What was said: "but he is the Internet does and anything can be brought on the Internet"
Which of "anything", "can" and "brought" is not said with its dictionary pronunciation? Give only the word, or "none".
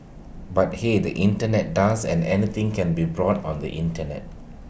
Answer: anything